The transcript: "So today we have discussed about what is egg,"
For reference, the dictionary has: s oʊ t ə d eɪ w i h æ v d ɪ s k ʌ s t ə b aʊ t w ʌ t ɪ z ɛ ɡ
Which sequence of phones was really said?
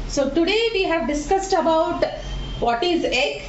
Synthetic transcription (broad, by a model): s oʊ t ə d eɪ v i h æ v d ɪ s k ʌ s t ə b aʊ t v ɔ t ɪ z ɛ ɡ